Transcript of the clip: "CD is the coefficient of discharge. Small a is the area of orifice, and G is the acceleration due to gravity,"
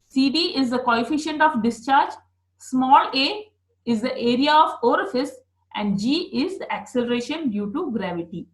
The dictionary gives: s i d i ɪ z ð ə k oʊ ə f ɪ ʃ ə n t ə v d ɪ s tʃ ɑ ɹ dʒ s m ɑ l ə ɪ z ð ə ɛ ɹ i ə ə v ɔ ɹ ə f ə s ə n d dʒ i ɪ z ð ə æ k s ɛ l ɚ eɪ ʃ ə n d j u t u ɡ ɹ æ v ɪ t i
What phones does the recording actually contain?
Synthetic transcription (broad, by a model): s i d i ɪ z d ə k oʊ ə f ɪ ʃ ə n t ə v d ɪ s tʃ ɑ ɹ dʒ s m ɑ l ə ɪ z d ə ɛ ɹ i ə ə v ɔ ɹ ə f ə s ə n d dʒ i ɪ z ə æ k s ɛ l ɚ eɪ ʃ ə n d j u t u ɡ ɹ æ v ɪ t i